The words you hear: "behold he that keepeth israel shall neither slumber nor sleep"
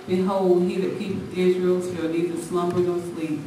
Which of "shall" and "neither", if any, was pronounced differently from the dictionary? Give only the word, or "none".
shall